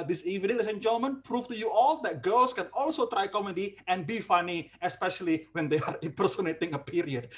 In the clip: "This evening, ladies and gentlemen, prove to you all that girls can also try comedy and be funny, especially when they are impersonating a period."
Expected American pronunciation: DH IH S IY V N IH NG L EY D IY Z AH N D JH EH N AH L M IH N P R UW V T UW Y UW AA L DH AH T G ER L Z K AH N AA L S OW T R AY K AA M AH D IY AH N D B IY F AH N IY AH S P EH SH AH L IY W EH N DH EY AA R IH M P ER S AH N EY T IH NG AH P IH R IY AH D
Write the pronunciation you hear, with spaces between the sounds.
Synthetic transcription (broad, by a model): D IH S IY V IH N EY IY S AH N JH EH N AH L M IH N P R UW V T UW Y UW AA L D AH T G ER L S K AH N AA L S OW T R AY K AA M AH D IY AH N B IY F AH N IY AH S P EH SH AH L IY W EH N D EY AA R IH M P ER S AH N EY T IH NG AH P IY R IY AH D